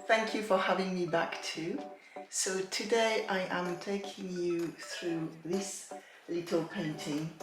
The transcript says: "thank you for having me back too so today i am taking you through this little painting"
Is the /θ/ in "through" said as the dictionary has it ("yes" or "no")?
yes